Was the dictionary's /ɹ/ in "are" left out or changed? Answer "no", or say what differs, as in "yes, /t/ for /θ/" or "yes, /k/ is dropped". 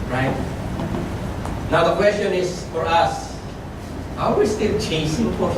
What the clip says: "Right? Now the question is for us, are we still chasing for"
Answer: yes, /w/ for /ɹ/